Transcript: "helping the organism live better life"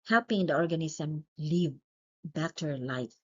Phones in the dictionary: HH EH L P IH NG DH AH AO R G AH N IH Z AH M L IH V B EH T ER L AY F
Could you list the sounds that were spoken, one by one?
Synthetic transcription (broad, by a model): HH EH L P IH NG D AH AO R G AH N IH S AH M L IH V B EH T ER L AY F